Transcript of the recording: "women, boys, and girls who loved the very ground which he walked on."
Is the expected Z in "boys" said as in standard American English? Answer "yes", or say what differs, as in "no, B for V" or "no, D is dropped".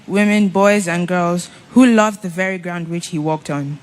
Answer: yes